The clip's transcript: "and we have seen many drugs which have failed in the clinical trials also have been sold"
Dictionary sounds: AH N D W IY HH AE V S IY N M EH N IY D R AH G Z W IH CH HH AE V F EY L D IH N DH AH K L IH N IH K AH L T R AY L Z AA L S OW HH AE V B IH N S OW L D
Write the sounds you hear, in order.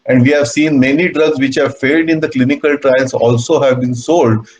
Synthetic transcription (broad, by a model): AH N D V IY HH AE V S IY N M EH N IY D R AH G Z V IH CH HH AE V F EY L D IH N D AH K L IH N IH K AH L T R AY L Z AA L S OW HH AE V B IH N S OW L D